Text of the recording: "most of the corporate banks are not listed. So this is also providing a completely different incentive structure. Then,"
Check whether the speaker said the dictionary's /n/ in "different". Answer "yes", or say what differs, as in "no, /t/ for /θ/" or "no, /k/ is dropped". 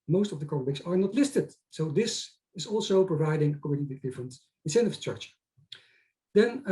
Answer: yes